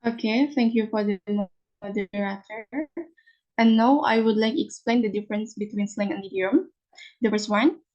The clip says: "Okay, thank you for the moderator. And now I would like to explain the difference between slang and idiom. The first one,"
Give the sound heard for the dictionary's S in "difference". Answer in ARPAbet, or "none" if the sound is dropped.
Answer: S